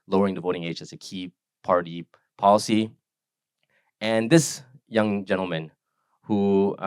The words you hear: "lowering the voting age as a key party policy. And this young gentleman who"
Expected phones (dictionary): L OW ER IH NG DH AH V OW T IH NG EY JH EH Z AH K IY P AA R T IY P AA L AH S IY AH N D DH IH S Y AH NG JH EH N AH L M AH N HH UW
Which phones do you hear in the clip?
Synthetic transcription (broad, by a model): L OW ER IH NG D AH V OW T IH NG EY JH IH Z AH K IY P AA R T IY P AA L AH S IY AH N DH IH S Y AH NG JH EH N L M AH N HH UW